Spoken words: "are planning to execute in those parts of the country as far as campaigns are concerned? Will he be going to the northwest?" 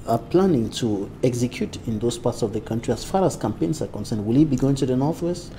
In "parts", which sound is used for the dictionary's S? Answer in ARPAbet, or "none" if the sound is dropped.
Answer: S